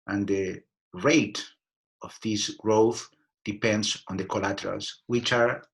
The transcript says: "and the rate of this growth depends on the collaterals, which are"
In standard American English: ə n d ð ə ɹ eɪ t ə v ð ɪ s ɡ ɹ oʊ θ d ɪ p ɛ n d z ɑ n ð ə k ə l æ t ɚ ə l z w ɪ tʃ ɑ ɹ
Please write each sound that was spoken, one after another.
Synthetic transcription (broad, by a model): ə n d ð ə ɹ eɪ t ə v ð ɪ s ɡ ɹ oʊ θ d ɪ p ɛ n d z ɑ n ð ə k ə l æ t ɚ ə l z w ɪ tʃ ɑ ɹ